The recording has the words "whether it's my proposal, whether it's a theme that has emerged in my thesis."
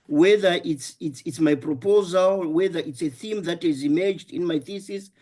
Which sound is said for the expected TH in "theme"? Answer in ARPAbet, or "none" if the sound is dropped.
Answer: TH